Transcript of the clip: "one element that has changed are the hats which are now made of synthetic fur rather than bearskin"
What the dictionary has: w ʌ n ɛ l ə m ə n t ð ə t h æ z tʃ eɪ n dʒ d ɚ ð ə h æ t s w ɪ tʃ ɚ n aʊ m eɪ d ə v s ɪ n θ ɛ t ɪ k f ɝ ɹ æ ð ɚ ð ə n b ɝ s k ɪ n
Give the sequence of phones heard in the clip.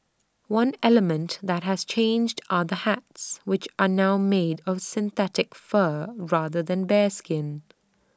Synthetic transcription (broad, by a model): w ʌ n ɛ l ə m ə n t ð ə t h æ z tʃ eɪ n dʒ d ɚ ð ə h æ t s w ɪ tʃ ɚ n aʊ m eɪ d ə v s ɪ n θ ɛ t ɪ k f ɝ ɹ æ ð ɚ ð ə n b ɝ s k ɪ n